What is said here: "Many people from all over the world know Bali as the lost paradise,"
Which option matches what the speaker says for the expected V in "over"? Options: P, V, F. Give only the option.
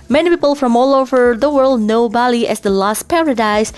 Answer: V